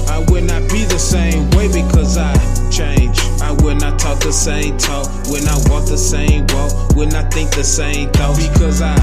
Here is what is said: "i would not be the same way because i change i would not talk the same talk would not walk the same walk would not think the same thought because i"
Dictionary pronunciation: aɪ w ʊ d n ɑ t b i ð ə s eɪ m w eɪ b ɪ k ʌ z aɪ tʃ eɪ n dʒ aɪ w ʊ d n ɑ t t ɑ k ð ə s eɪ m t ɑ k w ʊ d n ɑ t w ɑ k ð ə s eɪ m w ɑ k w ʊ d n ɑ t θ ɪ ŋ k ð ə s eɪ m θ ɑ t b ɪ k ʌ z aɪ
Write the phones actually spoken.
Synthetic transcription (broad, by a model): aɪ w ʊ d n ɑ t b i ð ə s eɪ m w eɪ b ɪ k ʌ z aɪ tʃ eɪ n dʒ aɪ w ʊ d n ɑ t t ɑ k ð ə s eɪ m t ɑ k w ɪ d n ɑ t w ɑ k ð ə s eɪ m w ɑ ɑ w ʊ d n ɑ t θ ɪ ŋ k ð ə s eɪ m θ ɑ b ɪ k ʌ z aɪ